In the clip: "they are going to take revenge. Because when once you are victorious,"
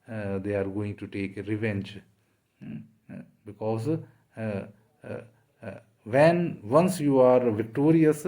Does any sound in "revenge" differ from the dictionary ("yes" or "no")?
no